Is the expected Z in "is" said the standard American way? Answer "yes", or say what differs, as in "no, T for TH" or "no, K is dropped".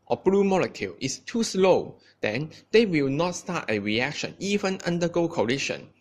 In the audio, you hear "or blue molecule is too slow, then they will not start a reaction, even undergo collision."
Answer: no, S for Z